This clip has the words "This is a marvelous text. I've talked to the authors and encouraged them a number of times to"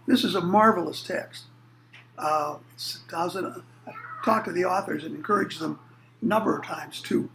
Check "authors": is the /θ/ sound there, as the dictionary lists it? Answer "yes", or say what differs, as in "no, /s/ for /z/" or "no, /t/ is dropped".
yes